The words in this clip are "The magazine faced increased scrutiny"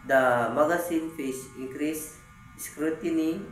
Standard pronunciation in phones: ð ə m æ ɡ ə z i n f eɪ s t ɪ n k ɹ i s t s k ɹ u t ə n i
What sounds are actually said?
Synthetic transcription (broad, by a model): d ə m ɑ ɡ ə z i n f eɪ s ɪ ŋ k ɹ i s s k ɹ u t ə n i